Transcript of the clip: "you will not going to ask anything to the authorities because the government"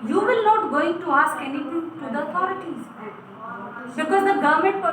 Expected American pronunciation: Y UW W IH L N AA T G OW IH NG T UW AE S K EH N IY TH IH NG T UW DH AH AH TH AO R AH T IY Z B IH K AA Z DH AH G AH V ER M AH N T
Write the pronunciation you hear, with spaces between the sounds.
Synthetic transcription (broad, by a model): Y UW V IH L N AA T G OW IH NG T UW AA S K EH N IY T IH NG T UW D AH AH T AO R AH T IY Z B IH K AA Z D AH G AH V M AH N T